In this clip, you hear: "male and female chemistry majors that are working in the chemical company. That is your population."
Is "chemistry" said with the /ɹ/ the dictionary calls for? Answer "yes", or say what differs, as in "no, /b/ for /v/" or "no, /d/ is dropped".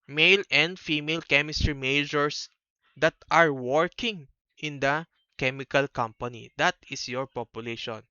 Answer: yes